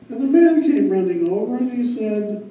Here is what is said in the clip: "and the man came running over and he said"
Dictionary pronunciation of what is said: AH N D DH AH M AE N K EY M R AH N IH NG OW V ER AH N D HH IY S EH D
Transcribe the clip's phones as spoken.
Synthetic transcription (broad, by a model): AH N DH AH M AE N K EY M R AH N IH NG OW V ER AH N IY S EH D